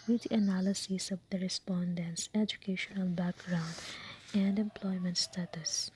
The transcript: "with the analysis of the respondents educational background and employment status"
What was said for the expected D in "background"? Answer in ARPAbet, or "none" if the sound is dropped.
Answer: D